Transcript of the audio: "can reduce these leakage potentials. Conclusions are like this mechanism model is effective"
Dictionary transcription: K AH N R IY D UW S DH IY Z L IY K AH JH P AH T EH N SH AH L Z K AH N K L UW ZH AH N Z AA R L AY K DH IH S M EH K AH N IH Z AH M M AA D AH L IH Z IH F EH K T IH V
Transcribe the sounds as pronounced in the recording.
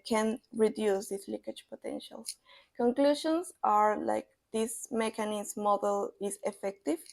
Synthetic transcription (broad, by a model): K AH N R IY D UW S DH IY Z L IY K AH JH P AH T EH N SH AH L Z K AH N K L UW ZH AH N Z AA R L AY K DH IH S M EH K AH N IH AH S M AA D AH L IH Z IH F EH K T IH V